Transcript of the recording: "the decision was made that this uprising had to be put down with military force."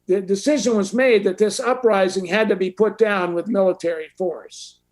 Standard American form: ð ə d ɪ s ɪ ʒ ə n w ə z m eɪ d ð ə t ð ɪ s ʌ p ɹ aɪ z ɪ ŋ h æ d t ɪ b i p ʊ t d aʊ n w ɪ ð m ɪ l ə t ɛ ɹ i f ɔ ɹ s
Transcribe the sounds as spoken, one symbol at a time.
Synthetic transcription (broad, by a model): ð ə d ɪ s ɪ ʒ ə n w ə z m eɪ d ð ə t ð ɪ s ʌ p ɹ aɪ z ɪ ŋ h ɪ d t ɪ b i p ʊ t d aʊ n w ɪ ð m ɪ l ə t ɛ ɹ i f ɔ ɹ s